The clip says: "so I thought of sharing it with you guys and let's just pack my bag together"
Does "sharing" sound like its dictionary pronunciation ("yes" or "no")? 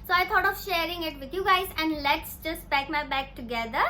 yes